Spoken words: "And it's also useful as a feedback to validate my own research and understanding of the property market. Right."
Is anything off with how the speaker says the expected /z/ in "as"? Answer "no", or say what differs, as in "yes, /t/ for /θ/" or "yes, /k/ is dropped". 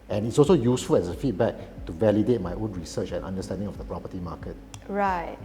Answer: yes, /s/ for /z/